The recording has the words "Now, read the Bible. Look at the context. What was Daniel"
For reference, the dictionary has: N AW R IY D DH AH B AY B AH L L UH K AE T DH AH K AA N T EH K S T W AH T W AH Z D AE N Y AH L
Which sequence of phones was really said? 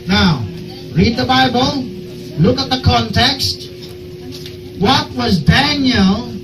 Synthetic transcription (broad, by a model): N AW R IY D DH AH B AY B AH L L UH K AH T DH AH K AA N T EH K S T W AH T W AH Z D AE N Y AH L